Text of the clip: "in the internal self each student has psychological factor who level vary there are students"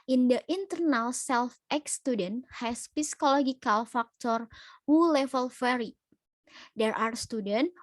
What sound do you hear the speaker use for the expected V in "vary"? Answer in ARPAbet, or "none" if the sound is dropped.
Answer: F